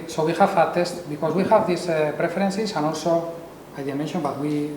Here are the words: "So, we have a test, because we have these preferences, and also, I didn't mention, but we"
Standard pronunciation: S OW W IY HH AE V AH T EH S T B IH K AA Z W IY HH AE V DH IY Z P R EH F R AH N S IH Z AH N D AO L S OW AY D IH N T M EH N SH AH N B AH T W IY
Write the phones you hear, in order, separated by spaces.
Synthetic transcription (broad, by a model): S OW W IY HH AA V AH T EH S T B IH K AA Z W IY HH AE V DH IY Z P R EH F R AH N S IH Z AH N AO L S OW AY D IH M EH N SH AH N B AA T W IY